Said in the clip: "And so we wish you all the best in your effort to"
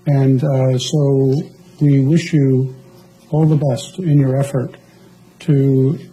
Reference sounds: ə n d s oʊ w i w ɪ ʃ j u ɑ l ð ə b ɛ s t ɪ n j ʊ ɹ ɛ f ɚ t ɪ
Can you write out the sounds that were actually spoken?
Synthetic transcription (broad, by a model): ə n s oʊ w i w ɪ ʃ j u ɑ l ð ə b ɛ s t ɪ n j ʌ ɹ ɛ f ɚ t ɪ